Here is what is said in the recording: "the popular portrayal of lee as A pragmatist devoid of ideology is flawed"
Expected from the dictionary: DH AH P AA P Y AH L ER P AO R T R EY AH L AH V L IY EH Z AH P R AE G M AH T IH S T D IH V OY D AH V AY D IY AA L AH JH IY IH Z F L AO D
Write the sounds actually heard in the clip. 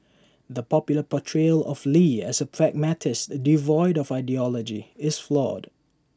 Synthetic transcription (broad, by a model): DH AH P AA P Y L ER P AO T R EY L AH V L IY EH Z AH P R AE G M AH T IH S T D IH V OY D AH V AY D IY AA L AH JH IY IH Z F L AO D